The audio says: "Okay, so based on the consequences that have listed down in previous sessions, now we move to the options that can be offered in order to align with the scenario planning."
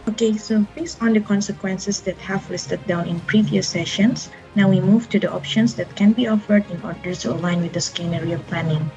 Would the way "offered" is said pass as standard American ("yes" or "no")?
yes